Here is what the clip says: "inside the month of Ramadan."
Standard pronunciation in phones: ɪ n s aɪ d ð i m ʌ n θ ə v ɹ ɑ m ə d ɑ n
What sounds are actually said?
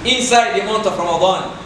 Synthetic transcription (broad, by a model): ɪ n s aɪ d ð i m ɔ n t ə f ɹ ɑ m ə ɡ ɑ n